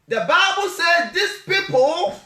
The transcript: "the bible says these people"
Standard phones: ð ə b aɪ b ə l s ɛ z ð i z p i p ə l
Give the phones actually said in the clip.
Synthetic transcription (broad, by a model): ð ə b aɪ b ə l s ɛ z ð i s p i p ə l